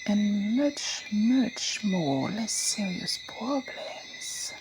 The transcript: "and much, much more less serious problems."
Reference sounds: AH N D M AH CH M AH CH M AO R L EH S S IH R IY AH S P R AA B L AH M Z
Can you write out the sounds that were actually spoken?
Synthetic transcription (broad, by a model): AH N M AH CH M AH CH M AO R L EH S S IH R IY AH S P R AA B L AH M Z